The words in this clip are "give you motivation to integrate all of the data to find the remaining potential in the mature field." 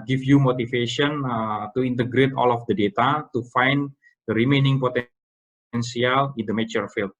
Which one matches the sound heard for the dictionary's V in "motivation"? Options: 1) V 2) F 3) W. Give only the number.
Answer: 2